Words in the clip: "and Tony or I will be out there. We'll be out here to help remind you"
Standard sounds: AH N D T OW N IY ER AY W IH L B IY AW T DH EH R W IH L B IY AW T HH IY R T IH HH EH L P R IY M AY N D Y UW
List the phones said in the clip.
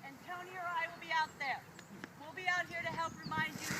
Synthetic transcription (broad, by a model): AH N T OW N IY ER AY W IH L B IY AW T DH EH R W IH L B IY AW T HH IY R T IH HH EH L P R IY M AY N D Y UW